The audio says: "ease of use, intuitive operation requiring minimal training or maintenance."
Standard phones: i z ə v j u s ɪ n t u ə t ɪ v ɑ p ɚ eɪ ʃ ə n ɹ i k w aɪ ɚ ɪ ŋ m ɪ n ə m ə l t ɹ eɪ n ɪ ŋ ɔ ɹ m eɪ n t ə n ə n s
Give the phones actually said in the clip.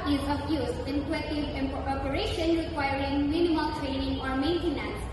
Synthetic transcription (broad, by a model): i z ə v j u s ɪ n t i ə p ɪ p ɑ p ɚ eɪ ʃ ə n ɹ i k w aɪ ɚ ɪ ŋ m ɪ n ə m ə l t ɹ eɪ n ɪ ŋ ɔ ɹ m eɪ n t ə n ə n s